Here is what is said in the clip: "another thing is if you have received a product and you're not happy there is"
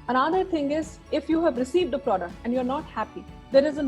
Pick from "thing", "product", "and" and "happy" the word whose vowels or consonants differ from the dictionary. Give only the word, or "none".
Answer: thing